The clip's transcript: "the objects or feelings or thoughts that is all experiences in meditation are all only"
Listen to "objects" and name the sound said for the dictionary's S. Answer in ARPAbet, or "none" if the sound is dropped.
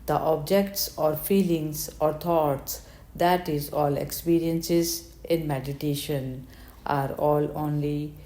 S